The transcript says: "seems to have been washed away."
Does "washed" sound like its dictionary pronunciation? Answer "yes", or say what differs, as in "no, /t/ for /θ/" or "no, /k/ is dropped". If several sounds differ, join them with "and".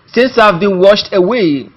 yes